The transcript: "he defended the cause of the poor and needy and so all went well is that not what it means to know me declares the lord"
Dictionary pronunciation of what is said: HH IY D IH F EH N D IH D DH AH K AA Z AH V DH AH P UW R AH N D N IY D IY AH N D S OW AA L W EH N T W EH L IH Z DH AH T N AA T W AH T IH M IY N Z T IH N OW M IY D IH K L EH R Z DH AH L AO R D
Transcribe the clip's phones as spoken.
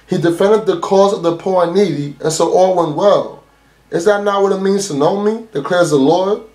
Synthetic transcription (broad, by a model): HH IY D IH F EH N D IH D DH AH K AA Z AH V DH AH P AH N N IY D IY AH N S OW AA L W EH N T W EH L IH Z DH AH T N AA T W AH T IH M IY N Z T IH N OW M IY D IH K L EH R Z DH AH L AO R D